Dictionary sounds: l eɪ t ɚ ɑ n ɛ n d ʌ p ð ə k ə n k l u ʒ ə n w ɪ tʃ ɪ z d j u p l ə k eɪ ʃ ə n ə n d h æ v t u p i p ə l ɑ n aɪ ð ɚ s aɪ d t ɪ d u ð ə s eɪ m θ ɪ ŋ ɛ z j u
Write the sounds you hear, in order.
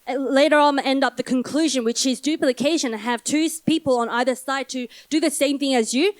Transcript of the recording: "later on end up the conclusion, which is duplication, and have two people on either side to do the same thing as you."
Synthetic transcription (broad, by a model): l eɪ t ɚ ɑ n ɛ n d ʌ p ð ə k ə n k l u ʒ ə n w ɪ tʃ ɪ z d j u p l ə k eɪ ə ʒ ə n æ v t u p i p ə l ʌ n aɪ ð ɚ s aɪ d t ɪ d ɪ ð ə s eɪ m θ ɪ ŋ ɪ z j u